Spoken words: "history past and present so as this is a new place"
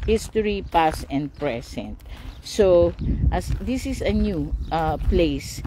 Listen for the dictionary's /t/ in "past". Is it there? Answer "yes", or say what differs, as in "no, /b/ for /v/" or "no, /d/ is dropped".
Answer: no, /t/ is dropped